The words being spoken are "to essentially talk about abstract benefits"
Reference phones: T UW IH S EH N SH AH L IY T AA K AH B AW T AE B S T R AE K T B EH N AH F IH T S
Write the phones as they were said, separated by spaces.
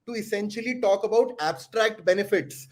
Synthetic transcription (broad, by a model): T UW IH S EH N SH AH L IY T AA K AH B AW T AE B S T R AE K T B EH N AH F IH T S